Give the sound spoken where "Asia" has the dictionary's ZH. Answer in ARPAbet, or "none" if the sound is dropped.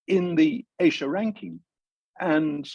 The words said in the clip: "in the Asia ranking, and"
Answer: SH